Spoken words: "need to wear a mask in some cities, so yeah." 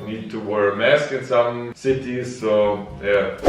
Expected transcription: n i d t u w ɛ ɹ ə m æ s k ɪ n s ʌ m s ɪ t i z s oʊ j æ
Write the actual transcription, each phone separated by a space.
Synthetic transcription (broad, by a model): n i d t u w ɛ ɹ m æ s k ɪ n s ʌ m s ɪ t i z s oʊ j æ